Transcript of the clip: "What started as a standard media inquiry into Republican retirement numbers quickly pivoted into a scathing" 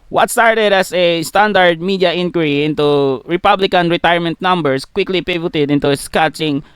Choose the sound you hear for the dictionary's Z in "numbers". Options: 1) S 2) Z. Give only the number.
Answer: 1